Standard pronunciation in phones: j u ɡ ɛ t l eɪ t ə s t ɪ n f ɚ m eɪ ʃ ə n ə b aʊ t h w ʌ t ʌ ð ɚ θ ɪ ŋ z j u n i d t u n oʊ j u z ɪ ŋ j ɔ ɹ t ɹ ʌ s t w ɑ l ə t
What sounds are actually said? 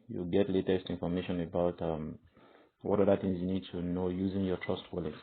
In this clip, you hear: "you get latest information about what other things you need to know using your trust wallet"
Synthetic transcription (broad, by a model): j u ɡ ɛ t l eɪ t ə s t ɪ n f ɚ m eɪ ʃ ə n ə b aʊ t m w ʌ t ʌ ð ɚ θ ɪ ŋ z j u n i d t u n oʊ j u z ɪ ŋ j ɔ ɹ t ɹ ʌ s t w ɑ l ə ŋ